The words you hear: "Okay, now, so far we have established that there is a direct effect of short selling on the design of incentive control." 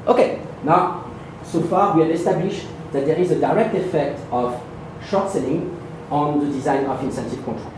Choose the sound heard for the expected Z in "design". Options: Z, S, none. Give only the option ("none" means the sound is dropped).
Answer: Z